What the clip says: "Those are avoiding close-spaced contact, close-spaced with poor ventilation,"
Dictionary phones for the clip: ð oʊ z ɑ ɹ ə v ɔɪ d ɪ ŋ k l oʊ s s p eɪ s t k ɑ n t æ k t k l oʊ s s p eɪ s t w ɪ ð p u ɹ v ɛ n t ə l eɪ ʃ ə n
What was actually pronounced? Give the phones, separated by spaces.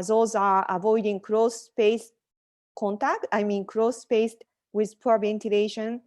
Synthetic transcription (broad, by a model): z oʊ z ɑ ɹ ə v ɔɪ d ɪ ŋ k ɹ oʊ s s p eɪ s k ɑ n t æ k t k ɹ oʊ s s p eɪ s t w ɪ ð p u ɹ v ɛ n t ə l eɪ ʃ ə n